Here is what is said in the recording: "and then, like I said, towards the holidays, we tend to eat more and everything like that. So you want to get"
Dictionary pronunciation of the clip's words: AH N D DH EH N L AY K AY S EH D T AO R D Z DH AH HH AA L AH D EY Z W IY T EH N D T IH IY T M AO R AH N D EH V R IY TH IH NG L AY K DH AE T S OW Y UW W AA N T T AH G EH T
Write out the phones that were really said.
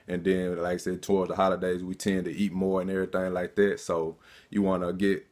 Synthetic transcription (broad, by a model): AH N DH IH N L AY K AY S EH D T AO R D Z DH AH HH AA L AH D EY Z W IY T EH N T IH IY T M AO R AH N EH V R IY TH IH NG L AY K DH AE T S OW Y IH W AA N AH G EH T